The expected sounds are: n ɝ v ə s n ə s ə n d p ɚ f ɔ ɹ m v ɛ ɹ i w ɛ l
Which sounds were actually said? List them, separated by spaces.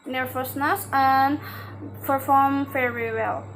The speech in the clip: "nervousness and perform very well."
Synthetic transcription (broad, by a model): n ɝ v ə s n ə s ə n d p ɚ f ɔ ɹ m f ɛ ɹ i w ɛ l